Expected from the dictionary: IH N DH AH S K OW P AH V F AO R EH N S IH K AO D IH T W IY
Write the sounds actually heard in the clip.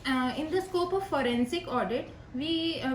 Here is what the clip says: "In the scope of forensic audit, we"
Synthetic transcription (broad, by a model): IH N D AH S K OW P AH V F AO R EH N S IH K AO D IH T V IY